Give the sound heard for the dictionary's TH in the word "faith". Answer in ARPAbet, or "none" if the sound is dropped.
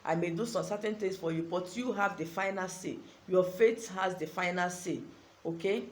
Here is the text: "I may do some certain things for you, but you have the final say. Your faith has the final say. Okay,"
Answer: T